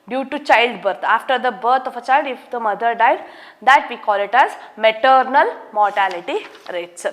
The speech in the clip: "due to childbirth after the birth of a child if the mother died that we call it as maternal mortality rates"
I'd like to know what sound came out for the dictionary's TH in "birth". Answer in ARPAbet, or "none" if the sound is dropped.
T